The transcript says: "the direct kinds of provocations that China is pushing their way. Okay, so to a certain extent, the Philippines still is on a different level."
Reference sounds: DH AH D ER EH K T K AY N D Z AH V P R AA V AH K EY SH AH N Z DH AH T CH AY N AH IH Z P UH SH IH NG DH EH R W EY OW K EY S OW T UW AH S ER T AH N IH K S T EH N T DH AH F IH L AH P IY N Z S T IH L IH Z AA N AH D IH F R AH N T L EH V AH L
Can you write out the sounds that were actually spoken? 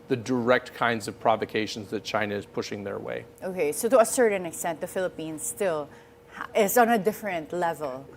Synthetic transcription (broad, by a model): DH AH D ER EH K T K AY N D Z AH V P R AA V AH K EY SH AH N Z DH AH T CH AY N AH IH Z P UH SH IH NG DH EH R W EY OW K EY S OW T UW AH S ER T AH N IH K S T EH N T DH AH F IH L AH P IY N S T IH L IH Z AA N AH D IH F R AH N T L EH V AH L